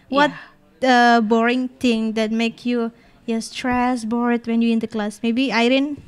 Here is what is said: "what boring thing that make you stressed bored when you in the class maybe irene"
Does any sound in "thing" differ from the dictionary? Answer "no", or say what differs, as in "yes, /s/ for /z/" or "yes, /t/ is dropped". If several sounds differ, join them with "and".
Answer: yes, /t/ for /θ/